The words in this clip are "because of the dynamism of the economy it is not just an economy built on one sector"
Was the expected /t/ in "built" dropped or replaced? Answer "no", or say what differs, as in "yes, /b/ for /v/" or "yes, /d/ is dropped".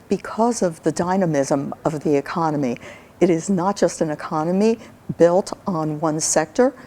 no